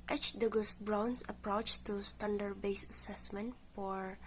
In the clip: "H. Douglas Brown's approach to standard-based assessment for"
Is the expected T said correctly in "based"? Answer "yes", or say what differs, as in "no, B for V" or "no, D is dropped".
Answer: no, T is dropped